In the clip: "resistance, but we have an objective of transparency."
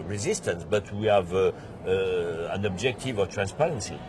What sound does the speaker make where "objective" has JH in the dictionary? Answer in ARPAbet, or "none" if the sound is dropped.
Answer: JH